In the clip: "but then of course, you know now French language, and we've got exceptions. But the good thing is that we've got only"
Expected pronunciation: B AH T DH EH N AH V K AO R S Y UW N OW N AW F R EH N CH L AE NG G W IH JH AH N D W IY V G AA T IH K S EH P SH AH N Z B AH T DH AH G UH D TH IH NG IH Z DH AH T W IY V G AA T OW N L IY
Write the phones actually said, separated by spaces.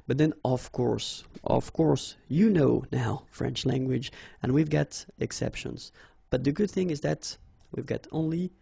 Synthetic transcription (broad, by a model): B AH T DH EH N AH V K AO R S Y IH N OW N AW F R EH N CH L AE NG G W IH JH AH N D W IY V G AA T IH K S EH P SH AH N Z B AH T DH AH G UH D TH IH NG IH Z DH AH T W IY V G AA T OW N L IY